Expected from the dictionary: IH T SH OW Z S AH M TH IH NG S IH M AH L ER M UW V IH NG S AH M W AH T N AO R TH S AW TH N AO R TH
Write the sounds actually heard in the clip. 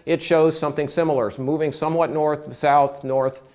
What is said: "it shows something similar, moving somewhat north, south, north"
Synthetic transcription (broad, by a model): IH T SH OW Z S AH M TH IH NG S IH M L ER M UW V IH NG S AH M W AH T N AO R TH S AW TH N AO R TH